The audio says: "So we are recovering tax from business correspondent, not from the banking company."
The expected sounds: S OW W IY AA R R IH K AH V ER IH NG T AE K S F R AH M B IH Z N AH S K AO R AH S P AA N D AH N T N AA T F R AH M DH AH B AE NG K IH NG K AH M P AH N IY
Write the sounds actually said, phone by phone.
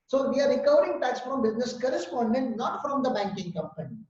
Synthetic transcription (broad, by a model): S OW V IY AA R R IH K AH V ER IH NG T AE K S F R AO M B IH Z N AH S K AO R AH S P AA N D AH N T N AA T F R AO M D AH B AE NG K IH NG K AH M P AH N IY